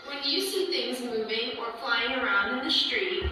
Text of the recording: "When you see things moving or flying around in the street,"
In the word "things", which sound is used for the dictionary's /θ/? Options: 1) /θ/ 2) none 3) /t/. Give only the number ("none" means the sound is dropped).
1